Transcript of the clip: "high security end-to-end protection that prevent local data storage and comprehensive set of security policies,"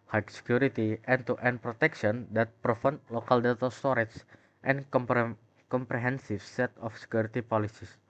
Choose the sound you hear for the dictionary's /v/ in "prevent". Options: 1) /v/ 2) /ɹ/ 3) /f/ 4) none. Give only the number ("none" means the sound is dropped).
3